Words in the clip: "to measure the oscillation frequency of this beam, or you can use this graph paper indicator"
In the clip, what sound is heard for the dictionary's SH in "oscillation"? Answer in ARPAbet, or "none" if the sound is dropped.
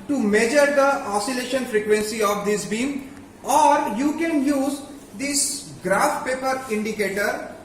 SH